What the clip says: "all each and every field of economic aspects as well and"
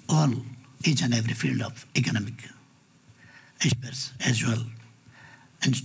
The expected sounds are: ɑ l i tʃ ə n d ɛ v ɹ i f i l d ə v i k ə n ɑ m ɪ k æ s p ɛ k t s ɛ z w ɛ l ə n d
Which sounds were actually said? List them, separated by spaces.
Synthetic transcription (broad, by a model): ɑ l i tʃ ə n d ɛ v ɹ i f i l d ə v i k ə n ɑ m ɪ k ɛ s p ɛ t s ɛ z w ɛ l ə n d